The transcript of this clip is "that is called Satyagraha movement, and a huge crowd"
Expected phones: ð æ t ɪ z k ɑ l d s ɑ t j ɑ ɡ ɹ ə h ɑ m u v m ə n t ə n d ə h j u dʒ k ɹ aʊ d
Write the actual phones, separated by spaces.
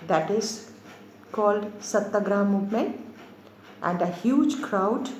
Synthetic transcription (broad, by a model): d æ t ɪ z k ɑ l d s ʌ t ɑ ɡ ɹ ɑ m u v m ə t ə n d ə h j u dʒ k ɹ aʊ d